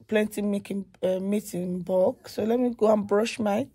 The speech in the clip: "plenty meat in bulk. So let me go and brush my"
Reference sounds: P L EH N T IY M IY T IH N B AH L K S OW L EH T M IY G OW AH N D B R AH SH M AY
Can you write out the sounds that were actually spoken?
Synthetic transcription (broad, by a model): P L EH N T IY M IY T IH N B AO K S OW L EH T M IY G OW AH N B R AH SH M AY